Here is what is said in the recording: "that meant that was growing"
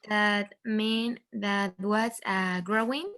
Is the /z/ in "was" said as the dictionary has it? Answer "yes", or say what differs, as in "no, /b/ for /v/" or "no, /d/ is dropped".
no, /s/ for /z/